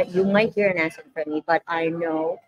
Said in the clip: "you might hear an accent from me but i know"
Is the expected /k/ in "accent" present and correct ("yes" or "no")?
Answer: no